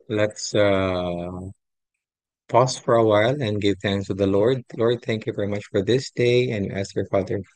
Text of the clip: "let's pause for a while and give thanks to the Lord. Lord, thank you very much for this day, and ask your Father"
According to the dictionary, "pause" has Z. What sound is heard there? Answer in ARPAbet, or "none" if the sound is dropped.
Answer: S